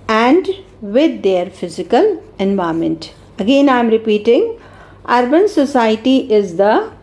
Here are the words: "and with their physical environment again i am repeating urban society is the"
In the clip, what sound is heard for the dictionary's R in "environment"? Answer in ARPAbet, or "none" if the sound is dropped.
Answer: none